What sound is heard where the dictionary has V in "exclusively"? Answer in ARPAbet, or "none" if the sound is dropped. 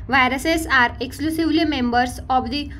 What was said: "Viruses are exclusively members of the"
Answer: V